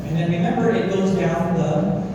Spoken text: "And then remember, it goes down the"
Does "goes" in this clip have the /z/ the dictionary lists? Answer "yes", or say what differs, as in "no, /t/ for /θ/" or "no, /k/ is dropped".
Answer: yes